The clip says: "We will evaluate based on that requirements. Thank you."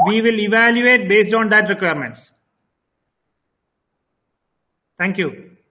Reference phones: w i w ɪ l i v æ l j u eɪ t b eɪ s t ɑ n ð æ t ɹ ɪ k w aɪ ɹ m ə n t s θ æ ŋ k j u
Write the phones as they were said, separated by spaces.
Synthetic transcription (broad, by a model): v i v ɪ l i v æ l j u eɪ t b eɪ s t ɑ n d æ t ɹ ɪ k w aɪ ɹ m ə n t s t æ ŋ k j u